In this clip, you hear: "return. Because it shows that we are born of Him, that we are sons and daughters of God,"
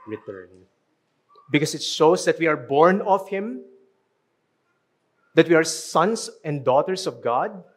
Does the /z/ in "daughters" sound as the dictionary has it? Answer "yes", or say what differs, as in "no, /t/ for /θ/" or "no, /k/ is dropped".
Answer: no, /s/ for /z/